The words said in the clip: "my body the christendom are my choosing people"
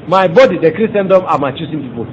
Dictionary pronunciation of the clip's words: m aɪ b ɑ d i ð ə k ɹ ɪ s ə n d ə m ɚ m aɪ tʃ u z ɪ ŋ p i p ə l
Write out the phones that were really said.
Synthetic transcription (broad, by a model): m aɪ b ɑ d i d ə k ɹ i s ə n d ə m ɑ m aɪ tʃ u s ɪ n p i p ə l